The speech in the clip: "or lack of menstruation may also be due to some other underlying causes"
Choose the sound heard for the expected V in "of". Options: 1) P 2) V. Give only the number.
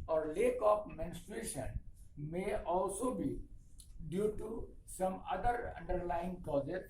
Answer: 1